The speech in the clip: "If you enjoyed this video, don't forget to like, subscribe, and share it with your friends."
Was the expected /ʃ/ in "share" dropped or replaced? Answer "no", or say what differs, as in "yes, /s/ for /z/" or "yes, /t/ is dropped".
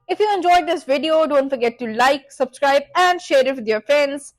no